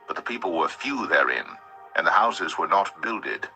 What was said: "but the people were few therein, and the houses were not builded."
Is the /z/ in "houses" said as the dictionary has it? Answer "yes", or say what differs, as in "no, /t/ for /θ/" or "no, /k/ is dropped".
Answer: yes